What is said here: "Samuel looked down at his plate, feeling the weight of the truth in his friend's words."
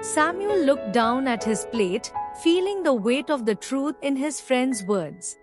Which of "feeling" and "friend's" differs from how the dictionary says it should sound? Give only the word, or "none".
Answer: none